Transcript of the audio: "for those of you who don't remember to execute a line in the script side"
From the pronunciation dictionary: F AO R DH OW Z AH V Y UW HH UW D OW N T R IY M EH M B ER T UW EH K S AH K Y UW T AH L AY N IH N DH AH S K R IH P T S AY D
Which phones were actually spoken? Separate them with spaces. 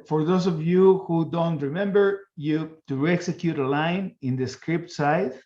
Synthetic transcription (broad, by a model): F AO R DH OW S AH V Y UW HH UW D OW N T R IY M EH M B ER T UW EH K S AH K Y UW T AH L AY N IH N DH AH S K R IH P T S AY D